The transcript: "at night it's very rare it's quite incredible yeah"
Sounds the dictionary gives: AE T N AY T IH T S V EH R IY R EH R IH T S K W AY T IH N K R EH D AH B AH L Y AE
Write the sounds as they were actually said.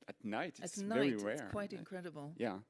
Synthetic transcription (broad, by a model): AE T N AY T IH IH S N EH IY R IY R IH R K W AY T IH N K R EH D AH B AH L Y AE